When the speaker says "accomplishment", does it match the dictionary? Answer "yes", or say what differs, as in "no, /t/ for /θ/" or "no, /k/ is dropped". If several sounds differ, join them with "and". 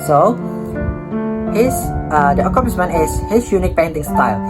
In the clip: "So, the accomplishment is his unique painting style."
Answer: no, /s/ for /ʃ/ and /t/ is dropped